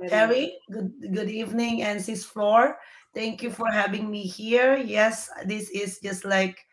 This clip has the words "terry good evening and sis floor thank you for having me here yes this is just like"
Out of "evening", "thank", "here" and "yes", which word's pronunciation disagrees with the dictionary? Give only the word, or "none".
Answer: thank